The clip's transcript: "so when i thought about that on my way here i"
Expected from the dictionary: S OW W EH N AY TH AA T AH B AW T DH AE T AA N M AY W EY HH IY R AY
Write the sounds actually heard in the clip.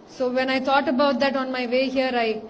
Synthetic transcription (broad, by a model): S OW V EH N AY T AA T AH B AW T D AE T AA N M AY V EY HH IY R AY